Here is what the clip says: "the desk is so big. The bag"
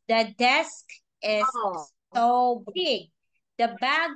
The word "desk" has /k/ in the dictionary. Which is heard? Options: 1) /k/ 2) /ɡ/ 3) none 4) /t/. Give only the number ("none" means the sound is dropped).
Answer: 1